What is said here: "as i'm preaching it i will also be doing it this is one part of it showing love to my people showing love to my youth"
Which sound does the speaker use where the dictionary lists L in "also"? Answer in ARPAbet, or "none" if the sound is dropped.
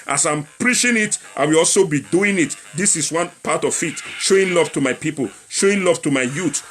L